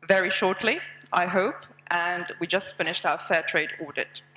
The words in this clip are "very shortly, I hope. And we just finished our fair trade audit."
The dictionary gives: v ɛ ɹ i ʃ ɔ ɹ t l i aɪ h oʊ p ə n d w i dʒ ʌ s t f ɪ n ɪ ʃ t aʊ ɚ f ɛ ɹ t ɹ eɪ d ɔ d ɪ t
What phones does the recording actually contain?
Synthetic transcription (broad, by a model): v ɛ ɹ i ʃ ɔ ɹ t l i aɪ h oʊ p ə n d w i dʒ ʌ s t f ɪ n ɪ ʃ t aʊ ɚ f ɛ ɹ t ɹ eɪ d ɔ d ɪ t